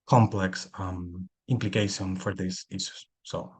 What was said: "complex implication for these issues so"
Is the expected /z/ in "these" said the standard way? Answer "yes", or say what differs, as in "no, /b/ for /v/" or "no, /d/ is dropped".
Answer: no, /s/ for /z/